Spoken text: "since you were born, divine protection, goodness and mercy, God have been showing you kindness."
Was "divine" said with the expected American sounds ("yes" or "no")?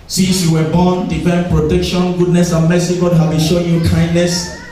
no